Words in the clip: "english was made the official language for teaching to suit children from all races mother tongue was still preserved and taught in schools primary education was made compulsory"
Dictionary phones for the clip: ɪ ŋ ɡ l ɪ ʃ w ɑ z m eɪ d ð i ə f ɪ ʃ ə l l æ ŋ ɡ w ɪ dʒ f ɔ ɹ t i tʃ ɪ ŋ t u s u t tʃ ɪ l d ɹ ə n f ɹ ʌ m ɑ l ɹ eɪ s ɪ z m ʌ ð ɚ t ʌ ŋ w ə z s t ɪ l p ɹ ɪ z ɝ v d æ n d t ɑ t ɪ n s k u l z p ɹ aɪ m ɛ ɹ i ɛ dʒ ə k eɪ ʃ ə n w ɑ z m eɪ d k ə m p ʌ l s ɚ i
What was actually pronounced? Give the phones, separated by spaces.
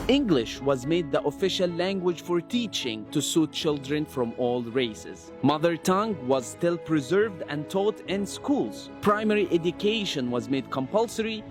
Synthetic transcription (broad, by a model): ɪ ŋ ɡ l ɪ ʃ w ɑ z m eɪ d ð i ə f ɪ ʃ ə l l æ ŋ ɡ w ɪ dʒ f ɔ ɹ t i tʃ ɪ ŋ t u s u t tʃ ɪ l d ɹ ə n f ɹ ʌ m ɑ l ɹ eɪ s ɪ z m ʌ ð ɚ t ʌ ŋ w ə z s t ɪ l p ɹ ɪ z ɝ v d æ n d t ɑ t ɪ n s k u l z p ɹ aɪ m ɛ ɹ i ɛ dʒ ə k eɪ ʃ ə n w ɑ z m eɪ d k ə m p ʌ l s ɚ i